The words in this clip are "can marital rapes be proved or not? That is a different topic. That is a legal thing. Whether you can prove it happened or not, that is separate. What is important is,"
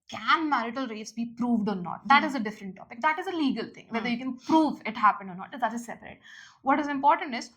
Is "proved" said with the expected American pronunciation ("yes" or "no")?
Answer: yes